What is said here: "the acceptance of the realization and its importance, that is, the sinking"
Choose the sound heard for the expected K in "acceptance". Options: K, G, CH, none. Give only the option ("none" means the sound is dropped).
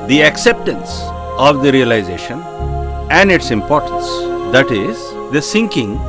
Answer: K